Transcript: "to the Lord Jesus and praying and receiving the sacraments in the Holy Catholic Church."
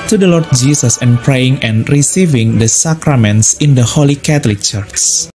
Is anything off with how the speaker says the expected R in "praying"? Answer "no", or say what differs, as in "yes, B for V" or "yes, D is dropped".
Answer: no